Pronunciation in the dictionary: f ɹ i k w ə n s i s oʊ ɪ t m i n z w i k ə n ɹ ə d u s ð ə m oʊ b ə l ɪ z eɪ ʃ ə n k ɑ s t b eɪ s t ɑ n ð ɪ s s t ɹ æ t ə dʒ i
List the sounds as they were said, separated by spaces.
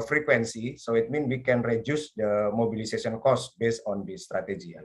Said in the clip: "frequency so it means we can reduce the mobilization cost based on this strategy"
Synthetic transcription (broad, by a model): f ɹ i k w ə n s i s oʊ ɪ t m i n w i k ə n ɹ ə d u s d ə m oʊ b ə l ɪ s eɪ s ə n k ɑ s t b eɪ s t ɑ n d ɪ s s t ɹ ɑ t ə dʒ i